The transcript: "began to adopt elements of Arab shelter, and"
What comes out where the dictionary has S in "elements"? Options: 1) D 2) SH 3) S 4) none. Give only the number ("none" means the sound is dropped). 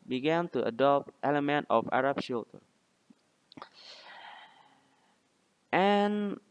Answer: 4